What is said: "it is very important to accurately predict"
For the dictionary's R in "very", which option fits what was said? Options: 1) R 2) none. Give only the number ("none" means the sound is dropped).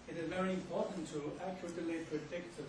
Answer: 1